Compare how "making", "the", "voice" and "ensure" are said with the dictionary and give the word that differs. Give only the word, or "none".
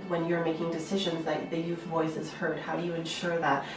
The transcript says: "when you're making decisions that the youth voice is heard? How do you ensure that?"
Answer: none